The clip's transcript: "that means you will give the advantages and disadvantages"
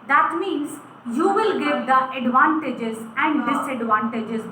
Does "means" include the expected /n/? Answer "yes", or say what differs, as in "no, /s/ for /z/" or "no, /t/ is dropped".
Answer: yes